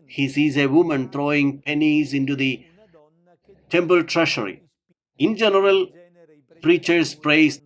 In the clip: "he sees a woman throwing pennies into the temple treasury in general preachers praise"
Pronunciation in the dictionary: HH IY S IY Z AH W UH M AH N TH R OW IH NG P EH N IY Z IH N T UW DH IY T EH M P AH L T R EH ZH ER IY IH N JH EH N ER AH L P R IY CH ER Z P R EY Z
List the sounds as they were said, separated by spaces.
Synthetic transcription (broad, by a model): HH IY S IY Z AH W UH M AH N T R OW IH NG P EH N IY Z IH N T UW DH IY T EH M P AH L T R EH SH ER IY IH N JH EH N ER AH L P R IY CH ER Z P R EY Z